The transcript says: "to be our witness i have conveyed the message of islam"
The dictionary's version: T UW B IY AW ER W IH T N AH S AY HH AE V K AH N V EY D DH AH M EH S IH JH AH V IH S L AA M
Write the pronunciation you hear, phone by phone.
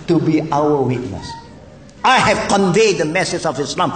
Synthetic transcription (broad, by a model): T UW B IY AW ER W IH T N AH S AY HH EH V K AH N V EY D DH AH M EH S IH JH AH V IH S L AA M